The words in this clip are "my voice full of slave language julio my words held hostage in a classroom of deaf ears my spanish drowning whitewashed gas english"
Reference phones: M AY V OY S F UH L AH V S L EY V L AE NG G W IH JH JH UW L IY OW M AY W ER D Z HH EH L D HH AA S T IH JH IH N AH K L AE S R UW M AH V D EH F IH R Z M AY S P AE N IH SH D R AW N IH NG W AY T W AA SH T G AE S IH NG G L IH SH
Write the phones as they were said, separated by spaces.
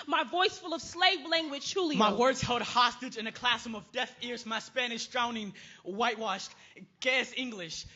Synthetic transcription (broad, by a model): M AY V OY S F UH L AH V S L EY V L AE NG G W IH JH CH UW L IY M AY W ER D Z HH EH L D HH AA S T IH JH IH N AH K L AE S AH M AH V D EH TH IH R Z M AY S P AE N IH SH D R AW N IH NG W AY T W AA SH T G AE S IH NG G L IH SH